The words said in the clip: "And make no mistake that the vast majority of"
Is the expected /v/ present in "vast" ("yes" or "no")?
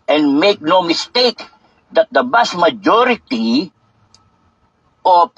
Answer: no